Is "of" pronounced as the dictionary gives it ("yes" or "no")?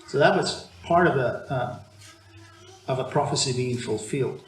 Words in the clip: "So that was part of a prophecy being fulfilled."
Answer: yes